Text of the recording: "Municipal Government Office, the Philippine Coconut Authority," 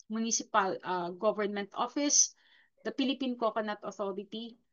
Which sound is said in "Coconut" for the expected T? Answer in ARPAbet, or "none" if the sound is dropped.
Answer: T